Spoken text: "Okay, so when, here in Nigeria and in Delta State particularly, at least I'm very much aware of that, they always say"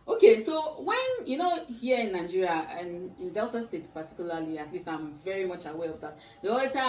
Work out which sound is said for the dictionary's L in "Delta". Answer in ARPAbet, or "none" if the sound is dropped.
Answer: L